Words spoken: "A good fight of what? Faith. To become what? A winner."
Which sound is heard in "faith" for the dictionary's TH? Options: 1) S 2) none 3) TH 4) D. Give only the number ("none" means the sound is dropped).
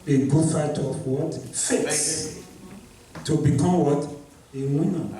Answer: 1